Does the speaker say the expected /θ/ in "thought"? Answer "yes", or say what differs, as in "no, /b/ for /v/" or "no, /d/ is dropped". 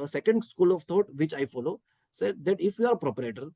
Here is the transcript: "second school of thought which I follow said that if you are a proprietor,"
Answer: no, /t/ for /θ/